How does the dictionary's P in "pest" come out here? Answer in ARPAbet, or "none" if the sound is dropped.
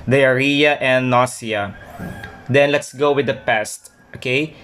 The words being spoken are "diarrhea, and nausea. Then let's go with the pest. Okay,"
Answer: P